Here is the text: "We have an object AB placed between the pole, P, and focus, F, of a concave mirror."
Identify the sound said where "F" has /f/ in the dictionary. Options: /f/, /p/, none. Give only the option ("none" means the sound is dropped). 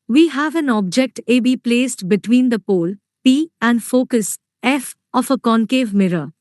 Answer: /f/